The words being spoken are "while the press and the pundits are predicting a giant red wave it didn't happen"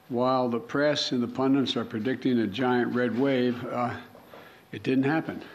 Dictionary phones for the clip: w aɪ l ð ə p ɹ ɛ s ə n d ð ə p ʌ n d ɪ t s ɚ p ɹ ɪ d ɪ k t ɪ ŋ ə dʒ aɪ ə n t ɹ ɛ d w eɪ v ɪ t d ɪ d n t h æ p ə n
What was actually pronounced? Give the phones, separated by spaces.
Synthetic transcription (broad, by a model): w aɪ l ð ə p ɹ ɛ s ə n ð ə p ʌ n d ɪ t s ɚ p ɹ ɪ d ɪ k t ɪ ŋ ə dʒ aɪ ə n t ɹ ɛ d w eɪ v ɪ t d ɪ d n t h æ p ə n